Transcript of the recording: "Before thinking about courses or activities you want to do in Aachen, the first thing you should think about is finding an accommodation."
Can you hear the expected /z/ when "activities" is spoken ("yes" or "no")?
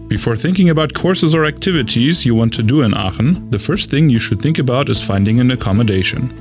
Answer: yes